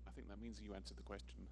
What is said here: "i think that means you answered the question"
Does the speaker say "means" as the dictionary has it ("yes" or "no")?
yes